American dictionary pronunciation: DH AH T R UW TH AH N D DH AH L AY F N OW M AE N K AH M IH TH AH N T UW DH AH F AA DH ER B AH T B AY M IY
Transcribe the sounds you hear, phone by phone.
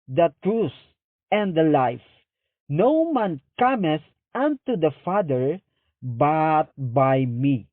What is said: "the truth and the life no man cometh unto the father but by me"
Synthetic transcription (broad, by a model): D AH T R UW S AH N D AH L AY F N OW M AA N K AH M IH S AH N T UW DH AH F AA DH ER B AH T B AY M IY